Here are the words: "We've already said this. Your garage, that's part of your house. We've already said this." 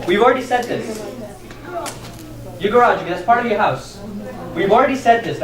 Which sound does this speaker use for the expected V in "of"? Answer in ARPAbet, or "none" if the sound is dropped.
V